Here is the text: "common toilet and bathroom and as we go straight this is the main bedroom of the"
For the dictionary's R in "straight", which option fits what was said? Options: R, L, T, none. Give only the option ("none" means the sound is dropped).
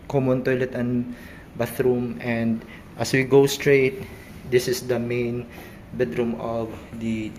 R